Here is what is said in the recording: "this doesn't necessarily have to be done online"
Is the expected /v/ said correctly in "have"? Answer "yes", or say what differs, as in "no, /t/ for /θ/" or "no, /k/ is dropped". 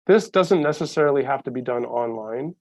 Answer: no, /f/ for /v/